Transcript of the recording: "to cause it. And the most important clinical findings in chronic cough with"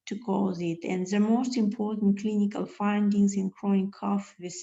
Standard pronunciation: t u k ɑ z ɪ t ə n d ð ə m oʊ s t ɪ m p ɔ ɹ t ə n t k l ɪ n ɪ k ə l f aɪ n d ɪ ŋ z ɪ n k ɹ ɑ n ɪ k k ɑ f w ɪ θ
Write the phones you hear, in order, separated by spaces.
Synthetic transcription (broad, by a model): t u k ɑ z ɪ t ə n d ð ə m oʊ s t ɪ m p ɔ ɹ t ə n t k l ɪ n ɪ k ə l f aɪ n d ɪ ŋ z ɪ n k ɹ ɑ ɪ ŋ k ɑ f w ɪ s